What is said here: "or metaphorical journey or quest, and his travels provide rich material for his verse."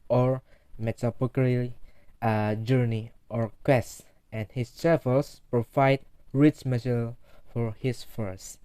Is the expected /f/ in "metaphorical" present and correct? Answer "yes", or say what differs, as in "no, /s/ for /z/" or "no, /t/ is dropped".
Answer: no, /p/ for /f/